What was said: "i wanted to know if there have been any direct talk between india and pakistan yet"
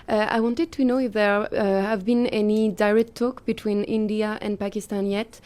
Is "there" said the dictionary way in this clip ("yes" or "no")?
yes